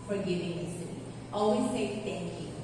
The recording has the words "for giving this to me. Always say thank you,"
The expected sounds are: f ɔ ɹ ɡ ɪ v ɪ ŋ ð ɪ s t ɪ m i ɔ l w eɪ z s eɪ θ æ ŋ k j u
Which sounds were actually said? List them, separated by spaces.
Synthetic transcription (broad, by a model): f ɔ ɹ ɡ ɪ v ɪ ŋ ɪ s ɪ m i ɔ l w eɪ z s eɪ t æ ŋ k j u